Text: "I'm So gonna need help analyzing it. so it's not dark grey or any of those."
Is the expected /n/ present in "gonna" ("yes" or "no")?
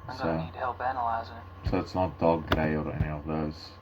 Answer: no